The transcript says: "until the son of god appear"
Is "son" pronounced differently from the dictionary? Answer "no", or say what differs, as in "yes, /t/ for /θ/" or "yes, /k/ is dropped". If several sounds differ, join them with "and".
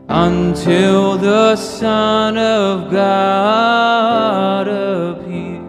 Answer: no